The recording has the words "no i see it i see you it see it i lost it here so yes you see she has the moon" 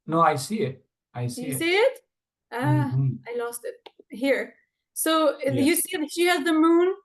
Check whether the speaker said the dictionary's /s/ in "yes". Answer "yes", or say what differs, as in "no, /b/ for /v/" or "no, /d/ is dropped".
no, /s/ is dropped